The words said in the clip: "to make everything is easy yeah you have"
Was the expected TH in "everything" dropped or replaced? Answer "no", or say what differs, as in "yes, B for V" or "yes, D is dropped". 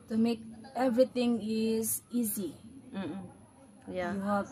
yes, T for TH